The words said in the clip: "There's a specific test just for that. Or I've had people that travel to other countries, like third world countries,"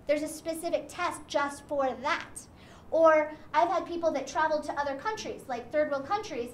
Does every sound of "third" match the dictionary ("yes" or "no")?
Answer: yes